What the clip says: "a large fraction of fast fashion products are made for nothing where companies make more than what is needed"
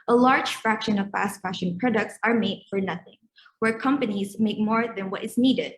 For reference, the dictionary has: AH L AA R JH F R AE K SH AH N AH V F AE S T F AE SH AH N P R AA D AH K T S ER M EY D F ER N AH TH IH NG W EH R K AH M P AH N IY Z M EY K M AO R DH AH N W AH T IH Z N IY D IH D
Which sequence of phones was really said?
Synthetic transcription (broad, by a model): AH L AA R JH F R AE K SH AH N AH V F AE S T F AE SH AH N P R AA D AH K T S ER M EY D F ER N AH TH IH NG W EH R K AH M P AH N IY Z M EY K M AO R DH AH N W AH T IH Z N IY D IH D